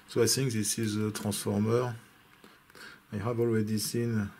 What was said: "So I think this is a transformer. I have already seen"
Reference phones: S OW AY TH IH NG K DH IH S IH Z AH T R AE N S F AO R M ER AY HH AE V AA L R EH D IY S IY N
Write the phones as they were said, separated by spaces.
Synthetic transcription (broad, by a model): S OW AY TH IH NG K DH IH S IH Z AH T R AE S F AO R M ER AY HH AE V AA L W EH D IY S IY N